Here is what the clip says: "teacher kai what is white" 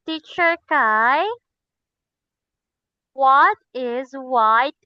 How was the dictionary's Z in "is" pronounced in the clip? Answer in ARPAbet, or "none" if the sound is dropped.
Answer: Z